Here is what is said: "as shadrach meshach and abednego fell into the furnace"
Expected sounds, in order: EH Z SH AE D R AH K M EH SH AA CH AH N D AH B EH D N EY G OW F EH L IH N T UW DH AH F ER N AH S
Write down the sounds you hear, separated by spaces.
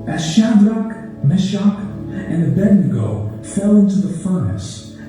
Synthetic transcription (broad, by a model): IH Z SH AE D R AH K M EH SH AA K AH N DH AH B EH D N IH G OW F EH L IH N T UW DH AH F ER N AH S